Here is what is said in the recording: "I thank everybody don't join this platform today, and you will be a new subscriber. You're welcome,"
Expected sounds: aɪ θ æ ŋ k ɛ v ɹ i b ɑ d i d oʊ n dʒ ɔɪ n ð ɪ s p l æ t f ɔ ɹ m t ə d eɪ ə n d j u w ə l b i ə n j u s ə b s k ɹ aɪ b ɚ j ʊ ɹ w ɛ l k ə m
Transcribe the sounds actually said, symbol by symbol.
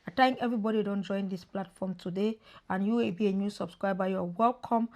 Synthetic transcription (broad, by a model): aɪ t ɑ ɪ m ɛ v ɹ i b ɑ d i d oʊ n dʒ ɔɪ n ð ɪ s p l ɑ t f ɔ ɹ m t ə d eɪ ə n j u w ə l b i ə n j u s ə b s k ɹ aɪ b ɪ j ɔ w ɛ l k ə m